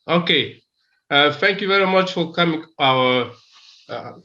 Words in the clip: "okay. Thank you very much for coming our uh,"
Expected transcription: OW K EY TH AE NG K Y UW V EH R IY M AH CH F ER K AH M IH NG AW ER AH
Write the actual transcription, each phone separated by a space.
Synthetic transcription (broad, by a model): OW K EY TH AE NG K Y UW V EH R IY M AH CH F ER K AH M IH NG AW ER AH